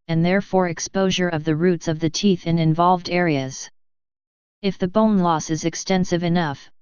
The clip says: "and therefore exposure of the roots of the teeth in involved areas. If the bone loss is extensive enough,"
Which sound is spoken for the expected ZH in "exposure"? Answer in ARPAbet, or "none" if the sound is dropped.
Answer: ZH